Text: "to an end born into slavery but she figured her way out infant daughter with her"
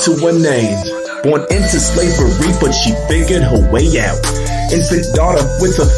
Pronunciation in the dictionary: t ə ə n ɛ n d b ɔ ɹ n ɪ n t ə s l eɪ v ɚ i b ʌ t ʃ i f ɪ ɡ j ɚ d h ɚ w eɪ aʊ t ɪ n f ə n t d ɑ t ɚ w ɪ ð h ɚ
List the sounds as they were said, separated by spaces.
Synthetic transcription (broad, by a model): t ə ə n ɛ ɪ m b ɔ ɹ n ɪ n t ə s l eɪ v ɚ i b ʌ t ʃ i f ɪ ɡ j ɚ d h ɚ w eɪ aʊ t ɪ n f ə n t d ɑ t ɚ w ɪ ð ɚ